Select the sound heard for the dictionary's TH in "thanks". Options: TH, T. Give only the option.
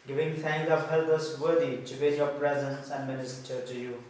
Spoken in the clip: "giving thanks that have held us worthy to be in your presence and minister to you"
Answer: T